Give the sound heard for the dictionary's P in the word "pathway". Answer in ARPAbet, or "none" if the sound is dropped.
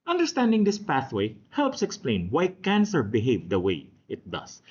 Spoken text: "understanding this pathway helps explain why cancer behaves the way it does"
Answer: P